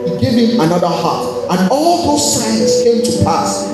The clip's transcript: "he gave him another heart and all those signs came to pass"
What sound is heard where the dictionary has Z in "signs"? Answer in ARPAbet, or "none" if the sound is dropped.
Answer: S